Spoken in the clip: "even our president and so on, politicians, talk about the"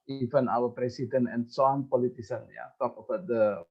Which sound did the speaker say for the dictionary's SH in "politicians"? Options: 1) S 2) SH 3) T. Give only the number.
1